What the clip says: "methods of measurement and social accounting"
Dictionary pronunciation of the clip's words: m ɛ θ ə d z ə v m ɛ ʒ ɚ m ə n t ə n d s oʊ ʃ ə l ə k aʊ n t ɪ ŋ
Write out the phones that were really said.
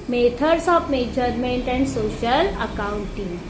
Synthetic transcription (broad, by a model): m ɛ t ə d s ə p m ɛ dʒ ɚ m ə n t ə n d s oʊ ʃ ə l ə k aʊ n t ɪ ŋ